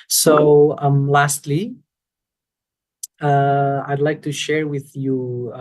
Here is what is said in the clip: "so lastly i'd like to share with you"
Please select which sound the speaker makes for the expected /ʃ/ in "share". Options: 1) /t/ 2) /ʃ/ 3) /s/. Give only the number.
2